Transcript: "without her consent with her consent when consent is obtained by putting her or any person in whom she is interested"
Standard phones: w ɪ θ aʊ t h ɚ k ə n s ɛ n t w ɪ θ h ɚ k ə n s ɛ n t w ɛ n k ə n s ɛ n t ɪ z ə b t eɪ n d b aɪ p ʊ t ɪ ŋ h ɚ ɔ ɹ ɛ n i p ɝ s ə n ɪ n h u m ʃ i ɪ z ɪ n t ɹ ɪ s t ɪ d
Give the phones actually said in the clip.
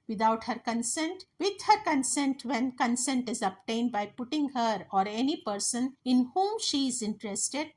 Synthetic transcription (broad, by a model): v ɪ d aʊ t h ɚ k ə n s ɛ n t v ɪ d h ɚ k ə n s ɛ n t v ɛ n k ə n s ɛ n t ɪ z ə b t eɪ n d b aɪ p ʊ t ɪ ŋ h ɚ ɔ ɹ ɛ n i p ɝ s ə n ɪ n h u m ʃ i ɪ z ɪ n t ɹ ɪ s t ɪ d